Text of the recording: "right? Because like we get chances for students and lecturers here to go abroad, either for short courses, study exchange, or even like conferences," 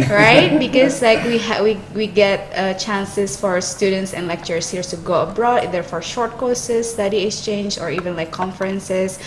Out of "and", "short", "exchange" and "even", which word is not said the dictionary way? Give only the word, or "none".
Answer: none